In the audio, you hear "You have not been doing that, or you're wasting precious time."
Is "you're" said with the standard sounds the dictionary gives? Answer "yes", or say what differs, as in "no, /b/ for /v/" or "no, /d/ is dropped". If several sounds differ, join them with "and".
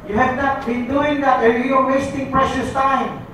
no, /l/ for /ɹ/